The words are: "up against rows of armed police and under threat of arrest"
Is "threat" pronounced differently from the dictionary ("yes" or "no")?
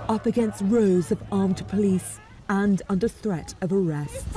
no